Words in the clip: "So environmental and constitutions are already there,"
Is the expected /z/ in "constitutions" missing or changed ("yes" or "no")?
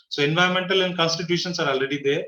yes